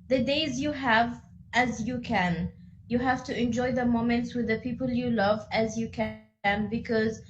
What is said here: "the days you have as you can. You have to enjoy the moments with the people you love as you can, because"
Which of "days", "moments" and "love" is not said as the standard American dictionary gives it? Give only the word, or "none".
none